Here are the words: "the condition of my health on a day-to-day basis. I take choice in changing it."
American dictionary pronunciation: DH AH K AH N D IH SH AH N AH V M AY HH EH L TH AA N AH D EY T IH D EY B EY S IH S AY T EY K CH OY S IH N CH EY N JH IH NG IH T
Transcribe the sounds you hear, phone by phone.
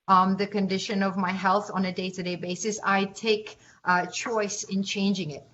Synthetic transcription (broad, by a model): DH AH K AH N D IH SH AH N AH V M AY HH EH L TH N AH D EY T IH D EY B EY S IH S AY T EY K CH OY S IH N CH EY N JH IH NG IH T